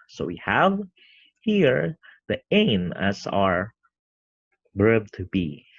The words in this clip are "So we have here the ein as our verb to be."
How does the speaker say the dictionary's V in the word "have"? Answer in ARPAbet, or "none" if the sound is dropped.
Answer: V